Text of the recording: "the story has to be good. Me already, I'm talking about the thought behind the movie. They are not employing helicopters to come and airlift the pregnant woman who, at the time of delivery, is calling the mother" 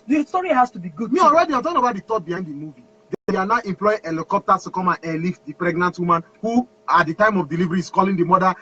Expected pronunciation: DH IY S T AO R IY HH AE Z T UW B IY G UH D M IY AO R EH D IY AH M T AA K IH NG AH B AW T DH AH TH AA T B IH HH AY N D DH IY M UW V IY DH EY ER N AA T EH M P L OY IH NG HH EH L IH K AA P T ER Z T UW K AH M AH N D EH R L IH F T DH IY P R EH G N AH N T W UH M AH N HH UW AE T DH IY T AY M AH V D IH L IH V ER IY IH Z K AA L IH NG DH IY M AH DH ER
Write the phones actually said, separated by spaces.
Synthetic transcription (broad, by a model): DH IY S T AO R IY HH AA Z T UW B IY G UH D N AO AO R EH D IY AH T AA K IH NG AH B AW T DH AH T AA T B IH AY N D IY M UW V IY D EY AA N AA T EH M P L OY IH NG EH L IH K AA P T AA S T UW K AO M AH N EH L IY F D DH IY P R EH G N AH N T W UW M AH N HH UW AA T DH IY T AY M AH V D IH L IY V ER IY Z K AA L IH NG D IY M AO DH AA